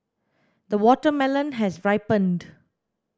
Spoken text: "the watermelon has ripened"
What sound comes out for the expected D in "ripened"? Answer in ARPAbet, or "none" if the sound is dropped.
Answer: D